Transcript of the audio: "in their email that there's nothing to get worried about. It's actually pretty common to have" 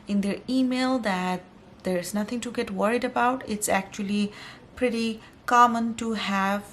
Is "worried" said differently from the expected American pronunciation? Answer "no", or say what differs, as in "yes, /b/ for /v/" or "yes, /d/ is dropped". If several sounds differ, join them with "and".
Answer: no